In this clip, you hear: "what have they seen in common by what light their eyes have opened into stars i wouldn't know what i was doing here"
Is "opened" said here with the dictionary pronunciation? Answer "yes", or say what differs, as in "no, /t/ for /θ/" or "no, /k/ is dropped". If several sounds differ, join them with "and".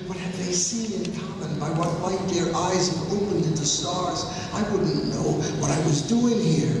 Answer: yes